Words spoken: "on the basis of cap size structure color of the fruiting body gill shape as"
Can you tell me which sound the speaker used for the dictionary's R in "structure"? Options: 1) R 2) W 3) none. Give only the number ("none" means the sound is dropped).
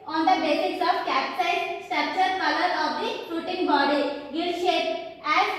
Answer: 3